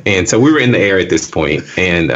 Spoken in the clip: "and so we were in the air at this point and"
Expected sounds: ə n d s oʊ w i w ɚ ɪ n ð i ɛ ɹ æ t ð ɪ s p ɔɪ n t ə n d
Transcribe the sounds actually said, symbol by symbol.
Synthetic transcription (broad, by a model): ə n s oʊ w i w ɚ ɪ n ð i ɛ ɹ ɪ t ð ɪ s p ɔɪ n t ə n